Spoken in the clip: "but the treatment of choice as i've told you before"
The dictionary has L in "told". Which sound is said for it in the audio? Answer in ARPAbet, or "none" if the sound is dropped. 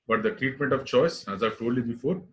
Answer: none